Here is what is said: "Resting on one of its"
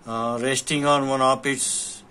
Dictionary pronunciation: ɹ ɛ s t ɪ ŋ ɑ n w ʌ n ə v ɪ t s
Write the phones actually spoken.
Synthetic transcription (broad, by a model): ɹ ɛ s t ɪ ŋ ɑ n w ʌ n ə p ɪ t s